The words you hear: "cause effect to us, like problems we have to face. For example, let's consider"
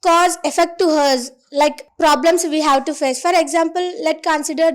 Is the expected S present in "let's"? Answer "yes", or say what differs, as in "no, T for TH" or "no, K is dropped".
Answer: no, S is dropped